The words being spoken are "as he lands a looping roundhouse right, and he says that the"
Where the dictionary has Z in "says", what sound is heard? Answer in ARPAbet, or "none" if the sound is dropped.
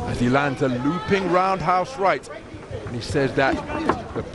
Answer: Z